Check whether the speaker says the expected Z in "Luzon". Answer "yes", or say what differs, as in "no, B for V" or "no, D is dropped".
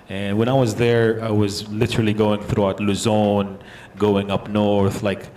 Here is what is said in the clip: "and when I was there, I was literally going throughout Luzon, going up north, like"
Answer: yes